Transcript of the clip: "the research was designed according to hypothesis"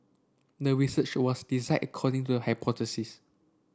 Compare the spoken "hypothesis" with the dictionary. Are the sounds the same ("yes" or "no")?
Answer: no